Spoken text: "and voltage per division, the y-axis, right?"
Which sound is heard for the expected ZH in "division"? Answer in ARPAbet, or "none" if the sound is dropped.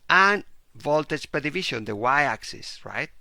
SH